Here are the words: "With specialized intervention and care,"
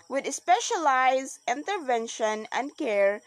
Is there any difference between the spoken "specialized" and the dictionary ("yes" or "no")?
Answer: yes